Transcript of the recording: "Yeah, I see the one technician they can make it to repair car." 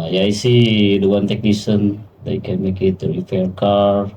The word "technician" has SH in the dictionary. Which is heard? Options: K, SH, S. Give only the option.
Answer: S